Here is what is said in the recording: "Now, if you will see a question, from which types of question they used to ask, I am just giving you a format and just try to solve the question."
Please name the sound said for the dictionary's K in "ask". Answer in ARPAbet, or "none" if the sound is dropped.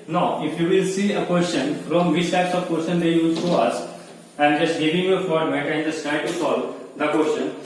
none